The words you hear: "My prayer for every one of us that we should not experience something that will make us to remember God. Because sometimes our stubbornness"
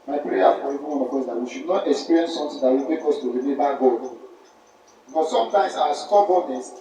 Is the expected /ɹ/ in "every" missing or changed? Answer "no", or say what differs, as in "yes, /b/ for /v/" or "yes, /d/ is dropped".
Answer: yes, /ɹ/ is dropped